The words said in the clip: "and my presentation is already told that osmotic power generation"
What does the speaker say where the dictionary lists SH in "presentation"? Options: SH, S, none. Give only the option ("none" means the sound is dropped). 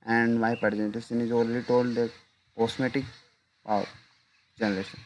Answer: S